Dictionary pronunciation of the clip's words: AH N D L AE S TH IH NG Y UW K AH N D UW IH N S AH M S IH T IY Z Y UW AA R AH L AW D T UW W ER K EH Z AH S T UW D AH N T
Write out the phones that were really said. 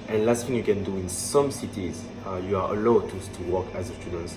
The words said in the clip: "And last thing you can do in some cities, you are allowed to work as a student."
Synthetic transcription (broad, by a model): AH N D L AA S F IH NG Y UW K AH N D UW IH N S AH M S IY T IY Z Y UW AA L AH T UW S T UW W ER K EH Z AH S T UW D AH N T